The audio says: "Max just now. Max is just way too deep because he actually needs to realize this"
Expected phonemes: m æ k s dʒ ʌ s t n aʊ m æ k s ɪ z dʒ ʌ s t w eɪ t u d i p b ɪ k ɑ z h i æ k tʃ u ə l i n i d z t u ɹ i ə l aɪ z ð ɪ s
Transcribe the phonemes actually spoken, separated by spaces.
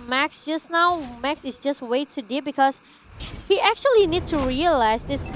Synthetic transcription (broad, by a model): m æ k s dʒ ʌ s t n aʊ m æ k s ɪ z dʒ ʌ s t w eɪ t u d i b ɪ k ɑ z h i æ k tʃ u ə l i n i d t u ɹ i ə l aɪ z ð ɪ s